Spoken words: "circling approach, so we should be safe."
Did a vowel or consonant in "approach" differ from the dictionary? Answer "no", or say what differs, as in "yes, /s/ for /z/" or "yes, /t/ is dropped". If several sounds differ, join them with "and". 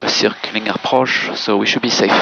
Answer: yes, /ʃ/ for /tʃ/